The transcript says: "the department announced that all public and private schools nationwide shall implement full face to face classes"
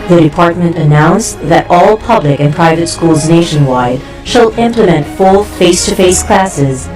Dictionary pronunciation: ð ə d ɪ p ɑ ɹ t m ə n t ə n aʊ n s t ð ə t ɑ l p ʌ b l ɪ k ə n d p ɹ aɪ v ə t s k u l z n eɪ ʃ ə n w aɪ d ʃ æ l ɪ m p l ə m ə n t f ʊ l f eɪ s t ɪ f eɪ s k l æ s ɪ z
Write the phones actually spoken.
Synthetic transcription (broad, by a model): ð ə d ɪ p ɑ ɹ t m ə n t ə n aʊ n s ð ə t ɑ l p ʌ b l ɪ k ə n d p ɹ aɪ v ə t s k u l z n eɪ ʃ ə n w aɪ d ʃ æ l ɪ m p l ə m ə n t f ʊ l f eɪ s t ɪ f eɪ s k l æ s ɪ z